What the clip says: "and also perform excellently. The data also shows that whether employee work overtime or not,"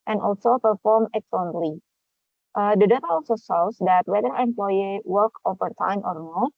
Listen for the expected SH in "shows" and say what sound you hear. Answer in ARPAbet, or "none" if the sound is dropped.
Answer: S